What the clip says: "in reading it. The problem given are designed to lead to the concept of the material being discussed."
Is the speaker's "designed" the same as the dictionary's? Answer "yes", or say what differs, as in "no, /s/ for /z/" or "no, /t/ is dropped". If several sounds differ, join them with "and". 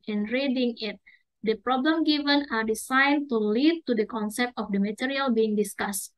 no, /s/ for /z/